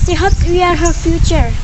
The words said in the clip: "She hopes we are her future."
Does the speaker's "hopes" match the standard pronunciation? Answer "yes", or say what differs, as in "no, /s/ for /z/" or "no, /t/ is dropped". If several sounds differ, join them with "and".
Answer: no, /s/ is dropped